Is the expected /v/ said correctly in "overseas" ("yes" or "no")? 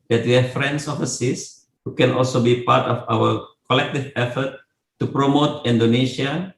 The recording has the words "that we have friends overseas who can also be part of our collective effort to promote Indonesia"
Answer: no